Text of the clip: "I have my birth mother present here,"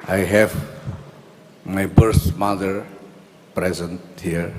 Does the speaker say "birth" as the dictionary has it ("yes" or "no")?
no